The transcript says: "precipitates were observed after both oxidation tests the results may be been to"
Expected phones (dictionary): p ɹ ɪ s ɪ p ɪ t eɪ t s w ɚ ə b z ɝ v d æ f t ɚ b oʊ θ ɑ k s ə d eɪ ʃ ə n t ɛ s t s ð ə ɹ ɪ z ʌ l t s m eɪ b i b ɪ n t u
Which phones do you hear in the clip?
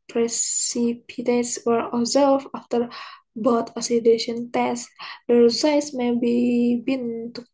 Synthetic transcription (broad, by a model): p ɹ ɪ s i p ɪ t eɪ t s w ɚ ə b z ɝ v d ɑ f t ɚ b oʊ t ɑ s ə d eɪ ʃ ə n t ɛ s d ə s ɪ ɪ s m eɪ b i b ɪ n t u